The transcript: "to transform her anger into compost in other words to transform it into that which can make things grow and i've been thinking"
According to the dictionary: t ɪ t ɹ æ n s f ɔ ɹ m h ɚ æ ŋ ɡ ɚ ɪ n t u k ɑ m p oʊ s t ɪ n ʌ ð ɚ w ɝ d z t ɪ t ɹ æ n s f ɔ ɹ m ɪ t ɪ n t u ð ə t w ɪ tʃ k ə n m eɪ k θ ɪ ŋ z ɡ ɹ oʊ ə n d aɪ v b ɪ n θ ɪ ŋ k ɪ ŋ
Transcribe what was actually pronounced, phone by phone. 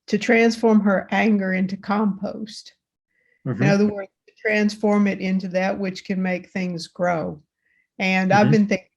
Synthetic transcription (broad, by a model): t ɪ t ɹ æ n s f ɔ ɹ m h ɚ æ ŋ ɡ ɚ ɪ n t u k ɑ m p oʊ s t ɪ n ʌ ð ɚ w ɝ d z t ɪ t ɹ æ n s f ɔ ɹ m ɪ t ɪ n t u ð ə t w ɪ tʃ k ə n m eɪ k θ ɪ ŋ z ɡ ɹ oʊ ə n aɪ v b ɪ n θ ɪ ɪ ŋ